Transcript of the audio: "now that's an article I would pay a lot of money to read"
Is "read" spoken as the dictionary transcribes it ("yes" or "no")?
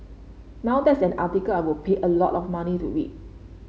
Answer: no